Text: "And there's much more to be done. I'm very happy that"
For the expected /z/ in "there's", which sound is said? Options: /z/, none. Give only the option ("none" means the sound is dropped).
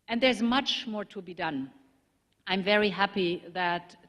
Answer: /z/